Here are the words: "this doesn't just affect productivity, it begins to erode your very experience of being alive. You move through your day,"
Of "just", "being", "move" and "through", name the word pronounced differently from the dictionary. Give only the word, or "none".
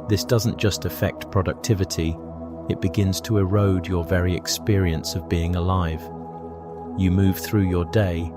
none